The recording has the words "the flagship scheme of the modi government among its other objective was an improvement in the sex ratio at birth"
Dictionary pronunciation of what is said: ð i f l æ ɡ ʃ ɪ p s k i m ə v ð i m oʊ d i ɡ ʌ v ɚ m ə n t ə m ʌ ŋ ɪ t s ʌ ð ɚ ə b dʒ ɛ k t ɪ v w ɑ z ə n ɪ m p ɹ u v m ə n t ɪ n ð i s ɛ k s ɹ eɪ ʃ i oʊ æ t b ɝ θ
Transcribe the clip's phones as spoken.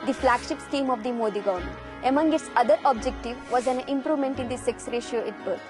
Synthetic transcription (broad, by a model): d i f l æ ɡ ʃ ɪ p s k i m ə v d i m oʊ d i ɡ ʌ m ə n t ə m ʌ ŋ ɪ t s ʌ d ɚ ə b dʒ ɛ k t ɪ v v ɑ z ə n ɪ m p ɹ u v m ə n t ɪ n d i s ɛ k s ɹ eɪ ʃ i oʊ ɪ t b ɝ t